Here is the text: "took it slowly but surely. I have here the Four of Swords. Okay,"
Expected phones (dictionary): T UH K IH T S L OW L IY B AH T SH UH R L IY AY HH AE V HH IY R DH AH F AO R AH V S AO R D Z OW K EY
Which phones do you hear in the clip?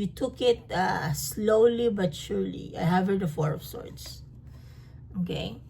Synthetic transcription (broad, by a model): T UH K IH T S L OW L IY B AH T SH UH R L IY AY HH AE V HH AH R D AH F AO R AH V S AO R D S OW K EY